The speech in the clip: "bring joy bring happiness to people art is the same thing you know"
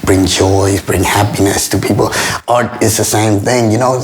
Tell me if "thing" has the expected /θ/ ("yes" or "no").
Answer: yes